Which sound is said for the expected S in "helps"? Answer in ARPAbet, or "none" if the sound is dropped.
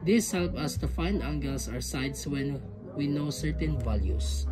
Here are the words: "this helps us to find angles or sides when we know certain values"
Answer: none